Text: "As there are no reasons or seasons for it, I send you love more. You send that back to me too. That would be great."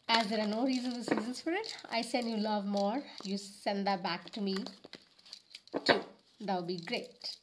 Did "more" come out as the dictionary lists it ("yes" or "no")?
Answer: yes